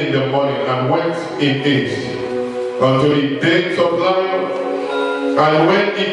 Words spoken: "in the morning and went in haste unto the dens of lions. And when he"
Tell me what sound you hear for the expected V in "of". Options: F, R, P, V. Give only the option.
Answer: P